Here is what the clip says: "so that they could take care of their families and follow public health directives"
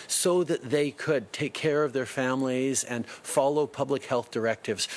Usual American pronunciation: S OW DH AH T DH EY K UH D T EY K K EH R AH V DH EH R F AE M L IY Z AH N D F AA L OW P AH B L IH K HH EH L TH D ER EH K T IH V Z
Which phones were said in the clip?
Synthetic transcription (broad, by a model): S OW DH AH T DH EY K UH D T EY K K EH R AH V DH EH R F AE M L IY Z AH N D F AA L OW P AH B L IH K HH EH L TH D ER EH K T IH V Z